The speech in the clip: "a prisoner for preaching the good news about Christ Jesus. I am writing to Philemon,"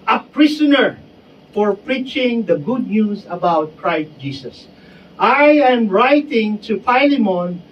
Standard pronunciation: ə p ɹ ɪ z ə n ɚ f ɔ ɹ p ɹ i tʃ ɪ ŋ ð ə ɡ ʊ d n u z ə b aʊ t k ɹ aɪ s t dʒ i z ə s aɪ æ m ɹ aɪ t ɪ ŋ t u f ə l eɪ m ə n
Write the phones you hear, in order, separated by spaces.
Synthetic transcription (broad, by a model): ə p ɹ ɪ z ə n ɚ f ɔ ɹ p ɹ i tʃ ɪ ŋ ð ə ɡ ʊ d n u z ə b aʊ t k ɹ aɪ s t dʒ i s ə s aɪ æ m ɹ aɪ t ɪ ŋ t u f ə l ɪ m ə n